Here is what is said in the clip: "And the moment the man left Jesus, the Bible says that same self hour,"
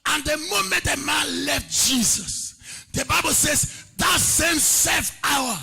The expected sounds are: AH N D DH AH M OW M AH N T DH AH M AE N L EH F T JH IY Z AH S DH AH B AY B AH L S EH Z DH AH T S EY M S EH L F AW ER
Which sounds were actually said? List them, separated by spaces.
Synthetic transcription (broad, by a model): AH N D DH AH M OW M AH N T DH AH M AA N L EH F T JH IY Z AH S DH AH B AY B AH L S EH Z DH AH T S EY M S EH F AW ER